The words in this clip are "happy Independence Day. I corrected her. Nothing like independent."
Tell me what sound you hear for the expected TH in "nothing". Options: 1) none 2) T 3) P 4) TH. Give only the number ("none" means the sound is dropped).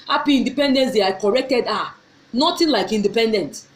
2